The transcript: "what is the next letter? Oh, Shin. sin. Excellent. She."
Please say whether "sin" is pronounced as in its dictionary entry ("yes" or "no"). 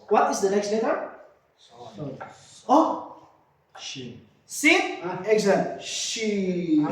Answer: no